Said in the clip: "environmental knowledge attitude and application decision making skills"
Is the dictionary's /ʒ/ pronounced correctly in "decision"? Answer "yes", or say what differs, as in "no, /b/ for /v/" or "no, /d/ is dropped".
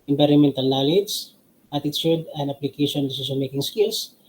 no, /s/ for /ʒ/